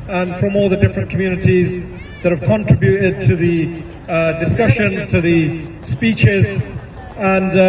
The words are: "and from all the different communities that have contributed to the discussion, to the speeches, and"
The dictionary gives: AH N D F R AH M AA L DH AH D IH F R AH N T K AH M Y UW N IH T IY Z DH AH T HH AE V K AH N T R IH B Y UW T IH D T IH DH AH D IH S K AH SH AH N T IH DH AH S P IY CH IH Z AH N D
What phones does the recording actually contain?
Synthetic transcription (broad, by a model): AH N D F R AH M AA L DH AH D IH F R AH N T K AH M Y UW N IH T IY Z DH AH T HH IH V K AH N T R IH B Y UW T IH D T IH DH AH D IH S K AH SH AH N T IH DH AH S P IY CH IH Z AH N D